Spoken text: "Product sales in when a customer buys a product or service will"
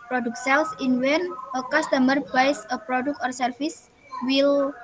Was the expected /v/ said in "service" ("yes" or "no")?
no